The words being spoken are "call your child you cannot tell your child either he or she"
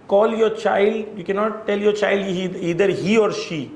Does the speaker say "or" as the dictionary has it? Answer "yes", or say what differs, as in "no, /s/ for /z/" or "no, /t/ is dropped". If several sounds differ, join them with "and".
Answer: yes